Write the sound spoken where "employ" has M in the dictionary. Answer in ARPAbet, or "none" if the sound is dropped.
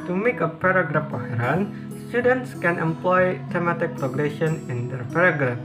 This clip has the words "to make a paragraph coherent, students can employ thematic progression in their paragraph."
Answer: M